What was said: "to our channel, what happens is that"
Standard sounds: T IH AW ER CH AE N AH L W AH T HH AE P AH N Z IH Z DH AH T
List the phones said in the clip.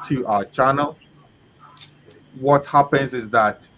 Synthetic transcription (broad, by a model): T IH AW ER CH AE N AH L W AH T HH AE P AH N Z IH Z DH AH T